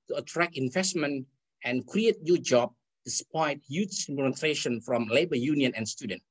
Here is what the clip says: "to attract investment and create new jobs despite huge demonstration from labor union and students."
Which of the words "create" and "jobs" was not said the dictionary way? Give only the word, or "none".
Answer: jobs